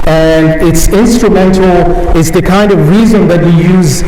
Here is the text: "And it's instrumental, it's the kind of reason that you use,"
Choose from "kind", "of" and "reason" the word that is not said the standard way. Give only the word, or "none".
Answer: none